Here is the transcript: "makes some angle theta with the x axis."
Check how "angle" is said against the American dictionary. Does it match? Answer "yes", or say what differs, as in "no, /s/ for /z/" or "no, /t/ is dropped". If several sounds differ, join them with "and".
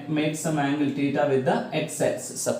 yes